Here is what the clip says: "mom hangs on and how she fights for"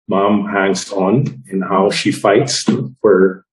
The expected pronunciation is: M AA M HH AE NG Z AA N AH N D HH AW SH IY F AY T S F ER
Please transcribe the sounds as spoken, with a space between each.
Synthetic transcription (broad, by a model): M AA M HH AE NG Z N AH N HH AW SH IY F AY T S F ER